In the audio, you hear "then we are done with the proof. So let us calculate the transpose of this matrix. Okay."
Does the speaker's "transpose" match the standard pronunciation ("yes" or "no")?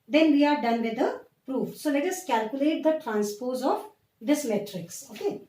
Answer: yes